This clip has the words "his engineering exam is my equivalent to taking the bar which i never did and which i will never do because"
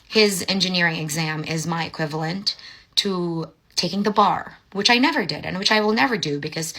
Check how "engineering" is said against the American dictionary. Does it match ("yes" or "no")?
yes